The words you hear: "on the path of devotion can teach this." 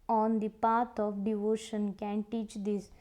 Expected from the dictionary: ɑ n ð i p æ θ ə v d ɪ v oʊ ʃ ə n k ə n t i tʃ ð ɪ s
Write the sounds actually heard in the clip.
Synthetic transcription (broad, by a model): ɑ n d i p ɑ t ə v d ɪ v oʊ ʃ ə n k ə n t i tʃ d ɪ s